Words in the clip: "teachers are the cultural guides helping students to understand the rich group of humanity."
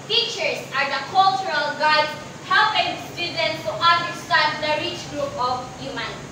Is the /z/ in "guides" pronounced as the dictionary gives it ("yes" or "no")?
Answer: no